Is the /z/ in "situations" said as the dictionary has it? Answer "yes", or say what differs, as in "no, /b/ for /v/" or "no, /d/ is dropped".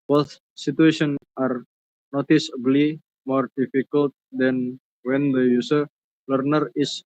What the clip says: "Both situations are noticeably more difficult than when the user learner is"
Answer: no, /z/ is dropped